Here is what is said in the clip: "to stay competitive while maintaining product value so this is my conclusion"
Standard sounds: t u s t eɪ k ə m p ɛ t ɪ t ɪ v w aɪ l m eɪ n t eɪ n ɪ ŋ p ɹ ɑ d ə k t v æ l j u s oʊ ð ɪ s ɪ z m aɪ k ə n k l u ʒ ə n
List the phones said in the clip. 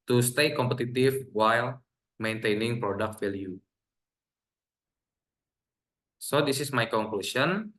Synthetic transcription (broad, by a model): t u s t eɪ k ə m p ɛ t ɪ t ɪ f w aɪ l m eɪ n t eɪ n ɪ ŋ p ɹ ɑ d ə k t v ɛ l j u s oʊ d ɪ s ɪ s m aɪ k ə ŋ k l u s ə n